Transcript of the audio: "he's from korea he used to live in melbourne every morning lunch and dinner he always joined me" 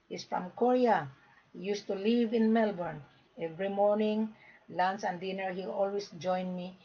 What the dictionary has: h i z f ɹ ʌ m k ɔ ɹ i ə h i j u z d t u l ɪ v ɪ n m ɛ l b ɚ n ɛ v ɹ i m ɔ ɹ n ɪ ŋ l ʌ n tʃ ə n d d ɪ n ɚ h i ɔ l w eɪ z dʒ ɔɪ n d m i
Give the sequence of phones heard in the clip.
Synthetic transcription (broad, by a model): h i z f ɹ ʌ m k ɔ ɹ i ə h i j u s t u l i v ɪ n m ɛ l b ɚ n ɛ v ɹ i m ɔ ɹ n ɪ ŋ l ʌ n s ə n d d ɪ n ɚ h i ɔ l w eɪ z dʒ ɔɪ n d m i